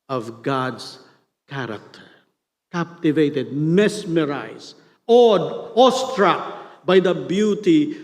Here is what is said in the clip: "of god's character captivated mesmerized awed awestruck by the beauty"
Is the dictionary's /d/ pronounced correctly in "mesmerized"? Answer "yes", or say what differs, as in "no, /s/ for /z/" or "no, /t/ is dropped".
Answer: no, /d/ is dropped